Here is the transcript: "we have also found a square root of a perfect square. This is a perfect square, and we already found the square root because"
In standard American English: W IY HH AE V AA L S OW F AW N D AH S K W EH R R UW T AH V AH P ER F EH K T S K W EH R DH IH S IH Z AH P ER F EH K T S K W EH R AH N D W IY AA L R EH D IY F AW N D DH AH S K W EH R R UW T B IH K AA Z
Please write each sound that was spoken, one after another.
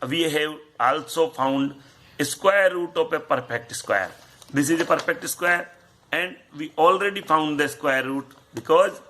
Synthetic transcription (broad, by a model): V IY HH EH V AA L S OW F AW N D AH S K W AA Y R UW T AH P AH P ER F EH K T S K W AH R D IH S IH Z AH P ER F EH K T S K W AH R AH N D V IY AA L R EH D IY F AW N D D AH S K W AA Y R UW T B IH K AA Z